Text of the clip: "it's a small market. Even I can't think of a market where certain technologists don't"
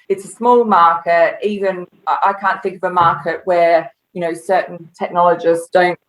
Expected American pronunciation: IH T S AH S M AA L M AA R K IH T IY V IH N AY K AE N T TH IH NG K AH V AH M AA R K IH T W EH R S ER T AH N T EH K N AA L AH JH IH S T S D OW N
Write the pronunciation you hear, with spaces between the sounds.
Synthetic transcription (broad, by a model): IH T S AH S M AA L M AA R K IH T IY V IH N AY K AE N TH IH NG K AH V AH M AA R K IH T W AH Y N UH S AH N T EH K N AA L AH JH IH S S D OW N